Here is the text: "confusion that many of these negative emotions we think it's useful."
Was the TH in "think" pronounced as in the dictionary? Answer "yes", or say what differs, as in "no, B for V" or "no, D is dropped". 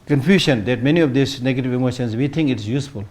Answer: no, T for TH